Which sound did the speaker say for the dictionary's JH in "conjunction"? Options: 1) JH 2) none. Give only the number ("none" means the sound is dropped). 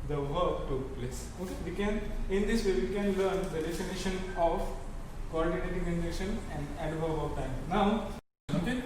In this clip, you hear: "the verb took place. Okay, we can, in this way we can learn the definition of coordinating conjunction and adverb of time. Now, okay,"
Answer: 2